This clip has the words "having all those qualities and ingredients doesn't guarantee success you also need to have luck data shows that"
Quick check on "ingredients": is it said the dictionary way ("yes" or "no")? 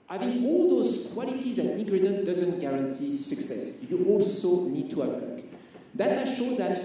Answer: no